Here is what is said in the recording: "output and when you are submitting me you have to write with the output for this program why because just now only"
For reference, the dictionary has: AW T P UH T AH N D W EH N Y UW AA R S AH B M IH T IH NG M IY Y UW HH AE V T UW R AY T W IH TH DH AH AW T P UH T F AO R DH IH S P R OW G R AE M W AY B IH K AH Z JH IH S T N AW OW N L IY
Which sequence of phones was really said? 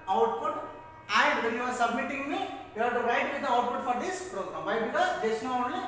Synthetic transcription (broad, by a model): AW T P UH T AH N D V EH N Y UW AA R S AH B M IH T IH NG M IY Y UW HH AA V T UW R AY T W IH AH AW T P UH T F AO R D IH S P R OW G R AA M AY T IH AH JH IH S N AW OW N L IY